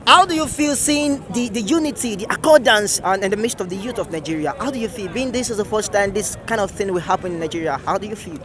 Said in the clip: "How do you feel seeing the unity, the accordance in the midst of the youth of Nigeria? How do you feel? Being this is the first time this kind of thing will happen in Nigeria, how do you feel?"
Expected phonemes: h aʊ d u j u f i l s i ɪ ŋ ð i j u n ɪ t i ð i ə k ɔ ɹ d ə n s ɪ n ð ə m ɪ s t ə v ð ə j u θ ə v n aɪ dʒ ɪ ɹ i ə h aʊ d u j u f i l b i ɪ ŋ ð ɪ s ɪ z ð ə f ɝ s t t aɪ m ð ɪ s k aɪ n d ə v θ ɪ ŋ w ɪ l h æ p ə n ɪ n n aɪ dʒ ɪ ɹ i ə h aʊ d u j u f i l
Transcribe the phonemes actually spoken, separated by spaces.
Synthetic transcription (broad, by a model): h aʊ d u j u f i l s i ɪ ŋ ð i j u n ɪ t i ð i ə k ɔ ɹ d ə n s ɪ n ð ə m ɪ s t ə v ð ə j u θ ə v n aɪ dʒ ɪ ɹ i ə h aʊ d u j u f i l b i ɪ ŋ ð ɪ s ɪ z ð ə f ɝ s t t aɪ m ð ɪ s k aɪ n d ə v θ ɪ ŋ w ɪ l h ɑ p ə n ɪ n n aɪ dʒ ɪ ɹ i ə h aʊ d u j u f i l